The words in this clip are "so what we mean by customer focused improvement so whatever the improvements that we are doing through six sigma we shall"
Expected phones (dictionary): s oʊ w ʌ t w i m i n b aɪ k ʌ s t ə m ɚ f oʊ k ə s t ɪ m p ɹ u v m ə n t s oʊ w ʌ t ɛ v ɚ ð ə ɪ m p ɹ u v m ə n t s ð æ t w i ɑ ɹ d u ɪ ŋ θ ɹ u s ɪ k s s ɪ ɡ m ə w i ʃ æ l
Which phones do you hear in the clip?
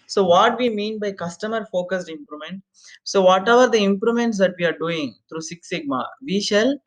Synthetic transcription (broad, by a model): s oʊ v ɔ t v i m i n b aɪ k ʌ s t ə m ɚ f oʊ k ə s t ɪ m p ɹ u m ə n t s oʊ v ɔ t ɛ v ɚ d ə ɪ m p ɹ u m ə n t s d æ t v i ɑ ɹ d u ɪ ŋ t ɹ u s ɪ k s s ɪ ɡ m ə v i ʃ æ l